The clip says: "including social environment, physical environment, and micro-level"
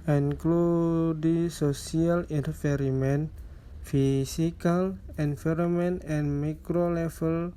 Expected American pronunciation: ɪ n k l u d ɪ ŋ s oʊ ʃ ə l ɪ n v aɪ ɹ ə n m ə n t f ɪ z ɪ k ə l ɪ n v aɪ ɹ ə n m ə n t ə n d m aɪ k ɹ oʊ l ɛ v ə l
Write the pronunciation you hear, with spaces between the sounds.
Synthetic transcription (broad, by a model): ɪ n k l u d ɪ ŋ s oʊ s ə l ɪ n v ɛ ɹ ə m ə n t f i s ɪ k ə l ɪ n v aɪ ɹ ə m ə n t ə n m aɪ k ɹ oʊ l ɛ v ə l